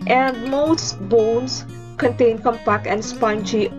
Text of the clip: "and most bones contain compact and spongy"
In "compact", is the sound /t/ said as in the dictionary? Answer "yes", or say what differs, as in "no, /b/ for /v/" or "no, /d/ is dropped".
no, /t/ is dropped